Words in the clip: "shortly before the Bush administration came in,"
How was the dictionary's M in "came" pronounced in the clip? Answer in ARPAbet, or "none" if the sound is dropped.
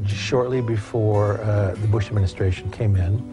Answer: M